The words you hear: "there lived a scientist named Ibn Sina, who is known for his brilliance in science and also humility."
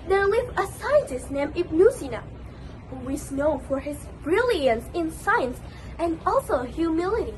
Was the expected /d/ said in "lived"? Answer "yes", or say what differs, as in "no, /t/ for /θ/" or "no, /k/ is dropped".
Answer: no, /d/ is dropped